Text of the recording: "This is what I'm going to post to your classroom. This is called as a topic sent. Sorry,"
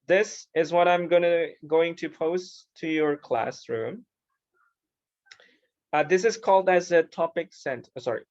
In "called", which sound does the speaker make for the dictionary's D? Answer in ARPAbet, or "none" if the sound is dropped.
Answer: D